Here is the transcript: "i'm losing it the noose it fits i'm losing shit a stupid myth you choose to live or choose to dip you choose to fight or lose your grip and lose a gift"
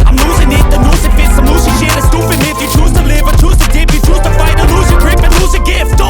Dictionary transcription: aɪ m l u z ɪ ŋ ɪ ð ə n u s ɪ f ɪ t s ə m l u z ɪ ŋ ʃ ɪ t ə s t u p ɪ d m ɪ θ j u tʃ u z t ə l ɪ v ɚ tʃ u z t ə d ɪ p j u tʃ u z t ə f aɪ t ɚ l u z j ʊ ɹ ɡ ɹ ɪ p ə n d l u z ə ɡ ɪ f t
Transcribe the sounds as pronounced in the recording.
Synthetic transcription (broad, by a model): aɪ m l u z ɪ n ɪ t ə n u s ɪ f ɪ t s ə m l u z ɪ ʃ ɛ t ə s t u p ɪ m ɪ f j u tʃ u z t ə l ɪ v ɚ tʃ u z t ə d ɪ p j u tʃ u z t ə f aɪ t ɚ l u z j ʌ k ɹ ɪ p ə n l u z ə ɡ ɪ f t